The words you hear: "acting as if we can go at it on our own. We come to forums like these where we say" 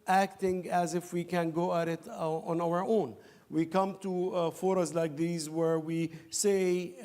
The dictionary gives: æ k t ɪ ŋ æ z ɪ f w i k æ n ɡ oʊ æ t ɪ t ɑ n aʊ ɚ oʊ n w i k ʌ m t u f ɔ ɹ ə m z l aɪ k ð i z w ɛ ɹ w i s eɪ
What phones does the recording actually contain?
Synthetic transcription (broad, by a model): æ k t ɪ ŋ æ z ɪ f w i k æ n ɡ oʊ æ t ɪ t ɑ n aʊ ɚ oʊ n w i k ʌ m t u f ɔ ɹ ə z l aɪ k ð i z w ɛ ɹ w i s eɪ